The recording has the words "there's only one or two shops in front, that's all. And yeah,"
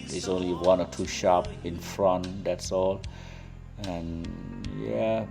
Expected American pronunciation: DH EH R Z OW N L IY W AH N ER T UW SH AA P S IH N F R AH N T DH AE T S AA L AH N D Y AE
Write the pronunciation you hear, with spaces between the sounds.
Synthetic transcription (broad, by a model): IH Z OW N L IY W AH N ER T UW SH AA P IH N F R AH N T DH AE T S AA L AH N Y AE